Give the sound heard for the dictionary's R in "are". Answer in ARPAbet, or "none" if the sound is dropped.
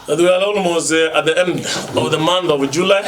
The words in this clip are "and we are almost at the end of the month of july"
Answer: L